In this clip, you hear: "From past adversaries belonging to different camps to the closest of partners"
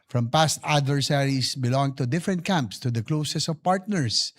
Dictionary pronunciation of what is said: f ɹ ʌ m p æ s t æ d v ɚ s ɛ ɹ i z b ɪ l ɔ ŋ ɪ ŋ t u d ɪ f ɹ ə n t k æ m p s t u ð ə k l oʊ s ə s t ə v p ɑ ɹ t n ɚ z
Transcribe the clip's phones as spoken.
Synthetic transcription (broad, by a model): f ɹ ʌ m p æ s t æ d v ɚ s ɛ ɹ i s b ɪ l ɔ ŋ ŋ t u d ɪ f ɹ ə n t k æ m p s t u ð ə k l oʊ s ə s ə v p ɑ ɹ t n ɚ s